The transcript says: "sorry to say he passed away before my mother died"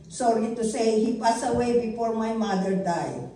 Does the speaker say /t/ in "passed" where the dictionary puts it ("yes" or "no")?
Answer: no